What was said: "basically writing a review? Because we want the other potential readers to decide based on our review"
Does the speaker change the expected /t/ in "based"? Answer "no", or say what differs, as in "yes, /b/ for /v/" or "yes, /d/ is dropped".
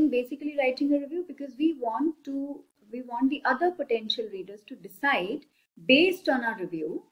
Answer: no